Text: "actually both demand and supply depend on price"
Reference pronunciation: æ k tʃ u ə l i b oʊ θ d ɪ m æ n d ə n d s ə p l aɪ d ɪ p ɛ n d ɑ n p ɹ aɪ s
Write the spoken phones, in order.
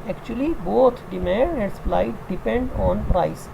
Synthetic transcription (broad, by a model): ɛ k tʃ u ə l i b oʊ t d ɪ m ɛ d ə n d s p l aɪ d ɪ p ɛ n d ɑ n p ɹ aɪ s